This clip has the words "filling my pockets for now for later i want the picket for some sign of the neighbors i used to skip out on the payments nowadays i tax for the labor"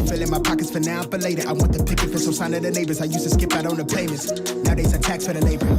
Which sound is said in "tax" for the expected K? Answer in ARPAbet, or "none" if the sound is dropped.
K